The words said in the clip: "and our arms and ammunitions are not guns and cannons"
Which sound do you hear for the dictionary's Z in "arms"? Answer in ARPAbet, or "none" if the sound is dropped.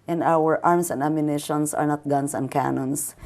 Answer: S